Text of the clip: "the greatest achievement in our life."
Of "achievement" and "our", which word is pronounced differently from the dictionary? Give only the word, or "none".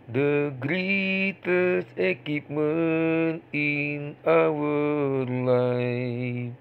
achievement